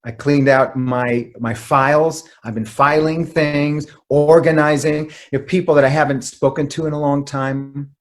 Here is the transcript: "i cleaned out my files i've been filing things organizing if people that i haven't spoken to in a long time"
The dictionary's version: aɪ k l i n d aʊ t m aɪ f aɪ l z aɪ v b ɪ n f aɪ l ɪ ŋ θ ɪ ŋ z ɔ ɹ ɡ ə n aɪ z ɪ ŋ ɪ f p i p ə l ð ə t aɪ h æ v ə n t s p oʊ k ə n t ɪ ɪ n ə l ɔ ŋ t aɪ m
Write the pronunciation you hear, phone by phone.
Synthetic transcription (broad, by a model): aɪ k l i n d aʊ t m aɪ f aɪ l z aɪ v b ɪ n f aɪ l ɪ ŋ θ ɪ ŋ z ɔ ɹ ɡ ə n aɪ z ɪ ŋ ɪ p i p l ð ə t aɪ h æ v ə n t s p oʊ k ə n t ɪ ɪ n ə l ɔ ŋ t aɪ m